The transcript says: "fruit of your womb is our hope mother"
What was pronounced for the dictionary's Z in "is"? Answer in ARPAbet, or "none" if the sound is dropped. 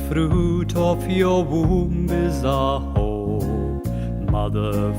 Z